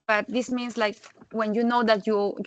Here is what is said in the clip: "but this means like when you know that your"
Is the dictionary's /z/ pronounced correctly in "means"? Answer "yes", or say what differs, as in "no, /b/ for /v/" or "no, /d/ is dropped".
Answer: no, /s/ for /z/